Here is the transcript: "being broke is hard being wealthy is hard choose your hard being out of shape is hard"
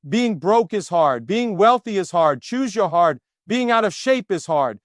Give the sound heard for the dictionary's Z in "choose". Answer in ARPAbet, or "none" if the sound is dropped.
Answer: Z